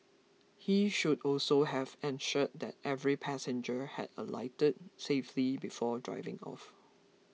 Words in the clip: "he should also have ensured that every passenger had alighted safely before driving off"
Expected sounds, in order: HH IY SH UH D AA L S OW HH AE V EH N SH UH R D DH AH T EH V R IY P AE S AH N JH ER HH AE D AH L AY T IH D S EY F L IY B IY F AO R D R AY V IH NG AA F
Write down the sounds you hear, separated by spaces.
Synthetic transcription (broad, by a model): HH IY SH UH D AA L S OW HH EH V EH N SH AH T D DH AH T EH V R IY P AE S AH N JH ER HH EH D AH L AY T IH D S EY F L IY B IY F AO D R AY V IH NG AA F